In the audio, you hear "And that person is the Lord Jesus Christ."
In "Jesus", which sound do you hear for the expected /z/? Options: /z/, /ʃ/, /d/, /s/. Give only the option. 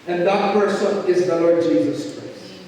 /z/